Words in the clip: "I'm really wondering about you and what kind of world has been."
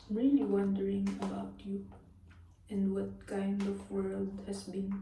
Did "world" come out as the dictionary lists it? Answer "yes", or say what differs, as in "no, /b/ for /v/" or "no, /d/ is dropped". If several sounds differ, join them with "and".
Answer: yes